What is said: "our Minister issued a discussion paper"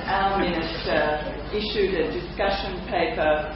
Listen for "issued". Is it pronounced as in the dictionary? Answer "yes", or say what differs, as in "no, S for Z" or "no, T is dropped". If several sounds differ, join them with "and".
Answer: yes